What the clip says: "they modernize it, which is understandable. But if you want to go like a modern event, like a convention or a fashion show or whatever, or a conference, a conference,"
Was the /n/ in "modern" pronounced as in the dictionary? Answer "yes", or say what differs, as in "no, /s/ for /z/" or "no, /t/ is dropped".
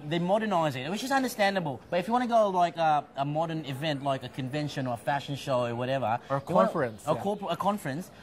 yes